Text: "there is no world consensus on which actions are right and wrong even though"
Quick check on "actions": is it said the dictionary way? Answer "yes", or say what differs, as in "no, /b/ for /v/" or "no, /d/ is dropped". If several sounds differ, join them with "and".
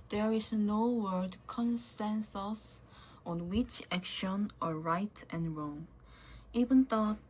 no, /z/ is dropped